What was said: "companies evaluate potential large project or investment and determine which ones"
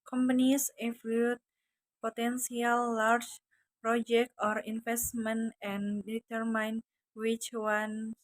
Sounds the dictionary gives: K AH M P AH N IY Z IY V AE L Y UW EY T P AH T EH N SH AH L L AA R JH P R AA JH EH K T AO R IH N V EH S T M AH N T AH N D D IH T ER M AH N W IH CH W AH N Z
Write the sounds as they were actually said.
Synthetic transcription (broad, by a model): K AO M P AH N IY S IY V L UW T P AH T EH N S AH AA L AA R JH P R AA JH EH K T AO R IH N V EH S T M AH N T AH N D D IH T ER M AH N W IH CH W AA N